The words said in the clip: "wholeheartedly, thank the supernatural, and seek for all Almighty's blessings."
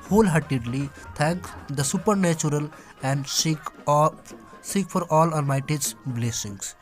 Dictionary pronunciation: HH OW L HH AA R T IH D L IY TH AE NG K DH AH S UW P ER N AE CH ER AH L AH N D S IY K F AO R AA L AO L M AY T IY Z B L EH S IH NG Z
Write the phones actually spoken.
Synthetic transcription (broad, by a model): HH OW L HH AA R T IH D L IY T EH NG K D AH S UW P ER N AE CH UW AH L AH N D S IY K F AO R AA L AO N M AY T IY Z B L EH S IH NG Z